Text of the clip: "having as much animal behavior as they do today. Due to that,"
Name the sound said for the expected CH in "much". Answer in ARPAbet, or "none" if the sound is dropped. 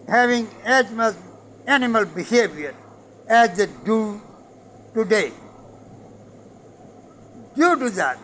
S